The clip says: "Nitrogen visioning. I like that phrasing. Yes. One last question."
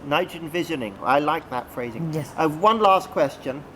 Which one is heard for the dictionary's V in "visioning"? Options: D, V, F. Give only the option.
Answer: V